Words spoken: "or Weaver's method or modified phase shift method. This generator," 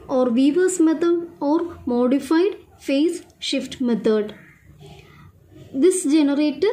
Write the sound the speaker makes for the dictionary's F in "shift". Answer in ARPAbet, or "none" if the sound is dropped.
F